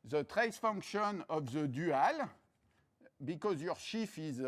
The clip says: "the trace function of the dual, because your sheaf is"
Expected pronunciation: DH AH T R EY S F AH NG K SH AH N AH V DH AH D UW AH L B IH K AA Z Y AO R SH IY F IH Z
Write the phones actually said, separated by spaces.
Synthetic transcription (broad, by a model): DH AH T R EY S F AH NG K SH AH N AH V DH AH D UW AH L B IH K AA Z Y AO R SH IY F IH Z